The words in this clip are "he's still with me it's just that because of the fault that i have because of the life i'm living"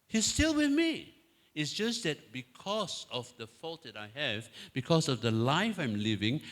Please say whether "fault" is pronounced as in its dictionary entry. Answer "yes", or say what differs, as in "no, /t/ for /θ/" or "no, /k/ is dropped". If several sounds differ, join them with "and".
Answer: yes